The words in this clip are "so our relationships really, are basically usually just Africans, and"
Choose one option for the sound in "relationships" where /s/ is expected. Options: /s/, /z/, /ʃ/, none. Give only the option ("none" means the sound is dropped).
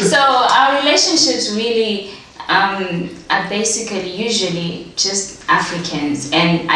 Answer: /s/